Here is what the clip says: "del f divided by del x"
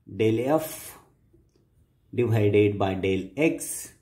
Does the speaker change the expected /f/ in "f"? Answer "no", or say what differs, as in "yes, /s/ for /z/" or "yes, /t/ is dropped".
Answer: no